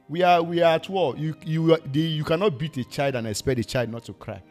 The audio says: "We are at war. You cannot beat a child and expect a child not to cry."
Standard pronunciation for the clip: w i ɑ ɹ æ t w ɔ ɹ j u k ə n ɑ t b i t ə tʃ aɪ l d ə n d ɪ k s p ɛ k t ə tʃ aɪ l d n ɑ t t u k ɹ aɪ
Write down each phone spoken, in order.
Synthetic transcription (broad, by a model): w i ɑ w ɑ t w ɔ l j u k ə n ɑ t b i t ə tʃ aɪ l d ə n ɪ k s p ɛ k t ə tʃ aɪ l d n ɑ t t u k ɹ aɪ